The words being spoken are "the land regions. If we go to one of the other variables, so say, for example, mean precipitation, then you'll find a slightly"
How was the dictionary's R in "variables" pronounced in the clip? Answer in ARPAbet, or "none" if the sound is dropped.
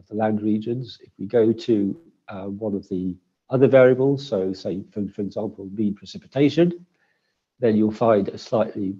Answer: R